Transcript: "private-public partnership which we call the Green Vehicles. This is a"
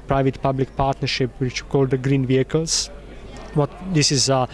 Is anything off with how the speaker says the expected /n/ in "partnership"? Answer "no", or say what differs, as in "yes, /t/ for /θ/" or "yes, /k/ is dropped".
no